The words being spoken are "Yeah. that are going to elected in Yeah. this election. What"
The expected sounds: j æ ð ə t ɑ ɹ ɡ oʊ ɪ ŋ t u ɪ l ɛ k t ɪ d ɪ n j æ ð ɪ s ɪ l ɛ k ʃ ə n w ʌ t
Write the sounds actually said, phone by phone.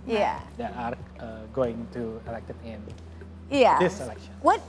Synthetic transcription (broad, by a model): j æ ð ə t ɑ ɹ ɡ oʊ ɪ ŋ t u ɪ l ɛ k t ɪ ɪ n j æ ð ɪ s ɪ l ɛ k ʃ ə n w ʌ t